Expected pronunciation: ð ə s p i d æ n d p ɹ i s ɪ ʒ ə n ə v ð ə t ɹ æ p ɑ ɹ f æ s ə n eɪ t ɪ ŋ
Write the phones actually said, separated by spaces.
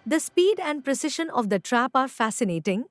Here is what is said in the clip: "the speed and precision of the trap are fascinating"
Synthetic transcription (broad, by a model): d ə s p i d æ n d p ɹ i s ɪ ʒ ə n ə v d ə t ɹ æ p ɑ ɹ f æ s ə n eɪ t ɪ ŋ